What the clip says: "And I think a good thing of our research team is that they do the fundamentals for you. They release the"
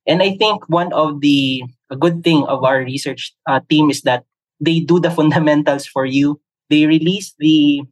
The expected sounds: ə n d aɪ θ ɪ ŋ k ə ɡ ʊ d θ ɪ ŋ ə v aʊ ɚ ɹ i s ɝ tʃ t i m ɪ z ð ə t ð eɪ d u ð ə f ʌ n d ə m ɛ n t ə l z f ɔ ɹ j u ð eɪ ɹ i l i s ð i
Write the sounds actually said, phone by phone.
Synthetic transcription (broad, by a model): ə n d aɪ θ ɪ ŋ k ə ɡ ʊ d θ ɪ ŋ ə v aʊ ɚ ɹ i s ɝ tʃ t i m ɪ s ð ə t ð eɪ d u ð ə f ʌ n d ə m ɛ n t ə l s f ɔ ɹ j u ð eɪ ɹ i l i s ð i